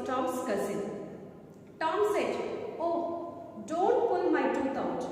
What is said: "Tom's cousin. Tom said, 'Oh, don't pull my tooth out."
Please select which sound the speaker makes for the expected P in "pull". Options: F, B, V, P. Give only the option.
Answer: P